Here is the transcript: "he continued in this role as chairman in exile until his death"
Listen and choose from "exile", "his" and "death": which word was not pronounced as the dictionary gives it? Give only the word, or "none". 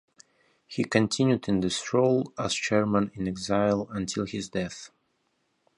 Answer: none